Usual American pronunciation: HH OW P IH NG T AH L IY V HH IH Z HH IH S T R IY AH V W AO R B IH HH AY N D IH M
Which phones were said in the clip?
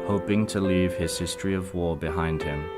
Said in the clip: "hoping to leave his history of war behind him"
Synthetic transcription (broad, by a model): HH OW P IH NG T AH L IY V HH IH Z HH IH S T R IY AH V W AO B IH HH AY N D IH M